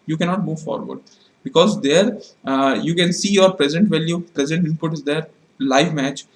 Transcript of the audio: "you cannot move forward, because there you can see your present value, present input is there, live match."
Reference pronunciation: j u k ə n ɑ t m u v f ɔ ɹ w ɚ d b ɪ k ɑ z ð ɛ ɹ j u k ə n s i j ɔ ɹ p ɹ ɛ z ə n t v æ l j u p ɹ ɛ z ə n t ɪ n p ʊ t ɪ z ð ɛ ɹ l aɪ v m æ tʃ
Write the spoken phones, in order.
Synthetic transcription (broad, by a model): j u k ə n ɑ t m u v f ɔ ɹ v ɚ d b ɪ k ɑ z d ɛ ɹ j u k ə n s i j ɔ ɹ p ɹ ɛ z ə n t v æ l j u p ɹ ɛ z ə n t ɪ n p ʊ t ɪ z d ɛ ɹ l aɪ v m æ tʃ